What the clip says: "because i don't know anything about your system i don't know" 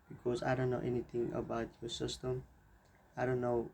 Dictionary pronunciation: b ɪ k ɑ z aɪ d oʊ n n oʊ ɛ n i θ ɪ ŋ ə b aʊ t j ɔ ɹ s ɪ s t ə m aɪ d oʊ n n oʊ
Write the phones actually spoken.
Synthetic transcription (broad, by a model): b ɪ k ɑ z aɪ d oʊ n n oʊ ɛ n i t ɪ ŋ ə b aʊ t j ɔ s ɪ s t ə m aɪ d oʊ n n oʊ